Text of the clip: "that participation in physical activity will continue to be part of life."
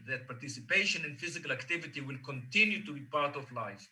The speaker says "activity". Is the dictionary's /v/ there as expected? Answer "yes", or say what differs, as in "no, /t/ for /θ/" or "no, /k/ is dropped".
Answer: yes